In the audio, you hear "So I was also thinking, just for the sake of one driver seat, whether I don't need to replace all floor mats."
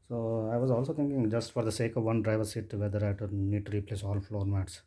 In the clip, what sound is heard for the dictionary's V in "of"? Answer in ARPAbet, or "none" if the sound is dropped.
V